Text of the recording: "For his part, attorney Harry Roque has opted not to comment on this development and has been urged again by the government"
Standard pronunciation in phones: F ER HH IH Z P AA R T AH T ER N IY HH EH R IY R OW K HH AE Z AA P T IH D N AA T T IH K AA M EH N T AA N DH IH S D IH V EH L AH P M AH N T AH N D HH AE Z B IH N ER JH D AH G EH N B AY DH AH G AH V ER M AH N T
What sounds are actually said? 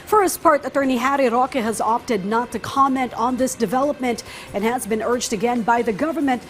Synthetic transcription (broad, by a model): F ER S P AA R T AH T ER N IY HH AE R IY R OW K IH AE Z AA P T IH D N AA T T IH K AA M EH N T N DH IH S D IH V EH L AH P M AH N T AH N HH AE Z B IH N ER JH D AH G EH N B AY DH AH G AH V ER M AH N T